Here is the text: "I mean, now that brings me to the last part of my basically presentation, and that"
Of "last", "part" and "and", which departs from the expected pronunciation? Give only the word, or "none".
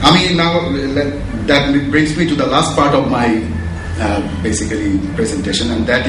none